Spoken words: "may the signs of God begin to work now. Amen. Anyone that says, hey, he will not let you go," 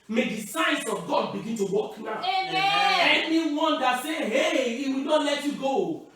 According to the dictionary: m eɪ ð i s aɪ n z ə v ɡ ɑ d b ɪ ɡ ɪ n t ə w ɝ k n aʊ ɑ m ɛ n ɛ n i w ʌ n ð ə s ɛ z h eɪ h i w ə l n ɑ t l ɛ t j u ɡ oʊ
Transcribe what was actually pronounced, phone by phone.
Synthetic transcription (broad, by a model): m eɪ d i s aɪ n s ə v ɡ ɑ d b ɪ ɡ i n t ə w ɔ k n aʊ ɑ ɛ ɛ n i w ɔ n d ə s ɛ h eɪ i w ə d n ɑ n l ɛ t j u ɡ oʊ